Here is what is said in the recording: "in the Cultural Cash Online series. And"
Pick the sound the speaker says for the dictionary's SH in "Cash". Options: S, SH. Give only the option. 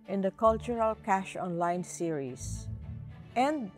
SH